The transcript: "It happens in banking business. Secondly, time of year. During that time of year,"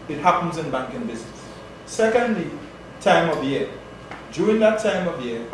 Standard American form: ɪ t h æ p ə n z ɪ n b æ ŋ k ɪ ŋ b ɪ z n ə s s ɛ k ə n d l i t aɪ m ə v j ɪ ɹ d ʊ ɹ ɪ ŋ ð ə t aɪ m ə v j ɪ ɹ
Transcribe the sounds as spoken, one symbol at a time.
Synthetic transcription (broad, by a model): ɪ t h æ p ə n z ɪ n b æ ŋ k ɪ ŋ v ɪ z ə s s ɛ k ə n d l i t aɪ m ə v j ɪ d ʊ ɹ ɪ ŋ ð ə t aɪ m ə v j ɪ